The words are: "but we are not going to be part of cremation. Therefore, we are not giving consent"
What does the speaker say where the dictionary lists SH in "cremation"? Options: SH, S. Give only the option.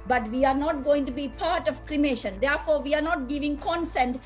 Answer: SH